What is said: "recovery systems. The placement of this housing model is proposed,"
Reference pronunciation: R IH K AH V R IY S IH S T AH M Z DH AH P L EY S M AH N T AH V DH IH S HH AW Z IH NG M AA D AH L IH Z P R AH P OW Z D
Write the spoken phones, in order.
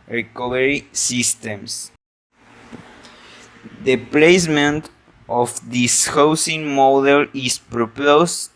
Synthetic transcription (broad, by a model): R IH K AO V R IY S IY S T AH M S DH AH P L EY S M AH N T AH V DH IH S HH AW S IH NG M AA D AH L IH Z P R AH P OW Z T